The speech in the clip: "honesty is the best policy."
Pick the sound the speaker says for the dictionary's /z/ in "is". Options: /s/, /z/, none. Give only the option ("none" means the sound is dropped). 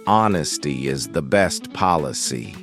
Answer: /z/